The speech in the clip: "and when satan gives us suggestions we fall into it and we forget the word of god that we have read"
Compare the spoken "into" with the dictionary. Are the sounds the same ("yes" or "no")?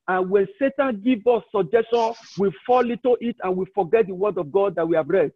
no